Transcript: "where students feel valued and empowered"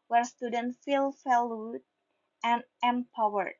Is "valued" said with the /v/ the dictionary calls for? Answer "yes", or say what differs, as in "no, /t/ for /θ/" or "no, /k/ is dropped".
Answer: no, /f/ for /v/